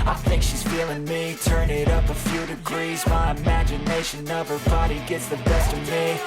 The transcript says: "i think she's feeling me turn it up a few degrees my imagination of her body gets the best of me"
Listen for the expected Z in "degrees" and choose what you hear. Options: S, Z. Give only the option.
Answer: Z